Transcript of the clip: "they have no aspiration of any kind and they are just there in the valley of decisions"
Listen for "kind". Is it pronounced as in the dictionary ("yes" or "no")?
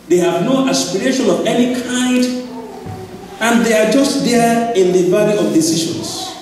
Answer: yes